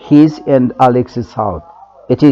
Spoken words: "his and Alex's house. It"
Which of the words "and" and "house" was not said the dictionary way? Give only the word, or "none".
house